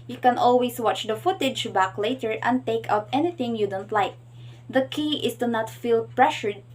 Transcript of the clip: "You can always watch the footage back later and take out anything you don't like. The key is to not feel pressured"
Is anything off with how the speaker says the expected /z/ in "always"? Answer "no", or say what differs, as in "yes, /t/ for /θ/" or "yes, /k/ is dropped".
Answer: yes, /s/ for /z/